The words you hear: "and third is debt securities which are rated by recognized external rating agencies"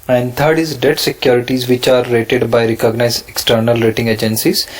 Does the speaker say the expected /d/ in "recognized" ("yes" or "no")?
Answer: no